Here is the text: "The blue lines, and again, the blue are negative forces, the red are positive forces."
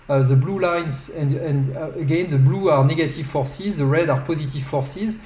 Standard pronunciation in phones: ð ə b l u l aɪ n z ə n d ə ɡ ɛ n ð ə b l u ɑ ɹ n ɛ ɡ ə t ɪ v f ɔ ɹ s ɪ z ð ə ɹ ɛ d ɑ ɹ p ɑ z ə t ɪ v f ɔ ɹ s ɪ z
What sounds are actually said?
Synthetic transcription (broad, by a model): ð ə b l u l aɪ n z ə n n ə ɡ ɛ n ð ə b l u ɑ ɹ n ɛ ɡ ə t ɪ v f ɔ ɹ s ɪ z ð ə ɹ ɛ d ɑ ɹ p ɑ z ə t ɪ v f ɔ ɹ s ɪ z